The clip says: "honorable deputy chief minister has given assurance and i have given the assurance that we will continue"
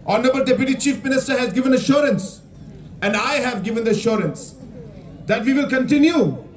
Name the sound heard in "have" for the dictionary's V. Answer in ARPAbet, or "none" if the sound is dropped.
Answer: V